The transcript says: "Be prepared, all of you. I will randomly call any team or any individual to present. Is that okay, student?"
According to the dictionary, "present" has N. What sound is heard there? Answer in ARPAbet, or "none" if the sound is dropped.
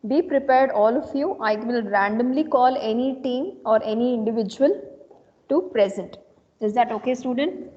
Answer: N